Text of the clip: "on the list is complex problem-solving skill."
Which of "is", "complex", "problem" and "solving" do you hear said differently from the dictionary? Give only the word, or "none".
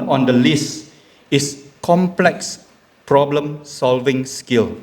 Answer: is